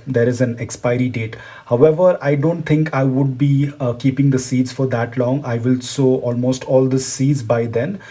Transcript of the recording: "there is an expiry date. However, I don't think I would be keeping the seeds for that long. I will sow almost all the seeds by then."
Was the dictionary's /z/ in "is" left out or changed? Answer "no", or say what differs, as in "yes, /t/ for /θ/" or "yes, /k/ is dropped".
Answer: no